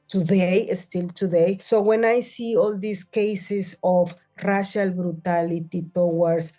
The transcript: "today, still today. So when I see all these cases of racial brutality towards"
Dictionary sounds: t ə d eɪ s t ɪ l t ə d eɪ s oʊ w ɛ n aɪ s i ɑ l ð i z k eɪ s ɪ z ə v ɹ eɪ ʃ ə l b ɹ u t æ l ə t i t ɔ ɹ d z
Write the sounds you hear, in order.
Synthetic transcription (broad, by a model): t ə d eɪ s t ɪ l t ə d eɪ s oʊ w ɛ n aɪ s i ɑ l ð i s k eɪ s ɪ s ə f ɹ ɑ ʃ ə l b ɹ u t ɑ l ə t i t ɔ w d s